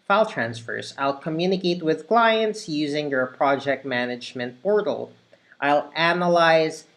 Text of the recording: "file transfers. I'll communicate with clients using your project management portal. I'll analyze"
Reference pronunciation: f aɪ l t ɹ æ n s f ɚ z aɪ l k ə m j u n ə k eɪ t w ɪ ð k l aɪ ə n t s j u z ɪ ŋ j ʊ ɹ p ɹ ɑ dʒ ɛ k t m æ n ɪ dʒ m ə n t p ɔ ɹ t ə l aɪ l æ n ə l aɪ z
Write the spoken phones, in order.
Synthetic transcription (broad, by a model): f aɪ l t ɹ æ n s f ɚ z aɪ l k ə m j u n ə k eɪ t w ɪ ð k l aɪ ə n t s j u z ɪ ŋ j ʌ ɹ p ɹ ɑ dʒ ɛ k t m æ n ɪ dʒ m ə n t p ɔ ɹ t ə l aɪ l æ n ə l aɪ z